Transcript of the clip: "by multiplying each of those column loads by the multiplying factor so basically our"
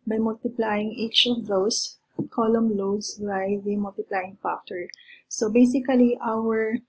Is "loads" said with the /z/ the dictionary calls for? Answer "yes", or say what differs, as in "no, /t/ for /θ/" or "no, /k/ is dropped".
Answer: no, /s/ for /z/